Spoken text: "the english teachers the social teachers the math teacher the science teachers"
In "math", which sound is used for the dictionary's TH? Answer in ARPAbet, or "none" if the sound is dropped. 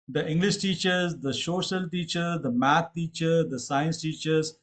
T